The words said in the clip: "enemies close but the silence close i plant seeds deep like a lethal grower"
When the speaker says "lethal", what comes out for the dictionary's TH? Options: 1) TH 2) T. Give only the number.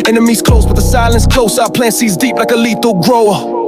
2